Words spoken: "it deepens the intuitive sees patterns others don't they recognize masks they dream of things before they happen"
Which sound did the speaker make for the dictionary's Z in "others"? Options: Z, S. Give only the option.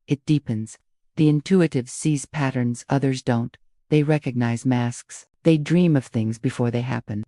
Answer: Z